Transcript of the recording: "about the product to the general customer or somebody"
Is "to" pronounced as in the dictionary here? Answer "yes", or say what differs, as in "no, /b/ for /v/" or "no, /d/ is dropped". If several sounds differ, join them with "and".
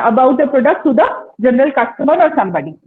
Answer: no, /s/ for /t/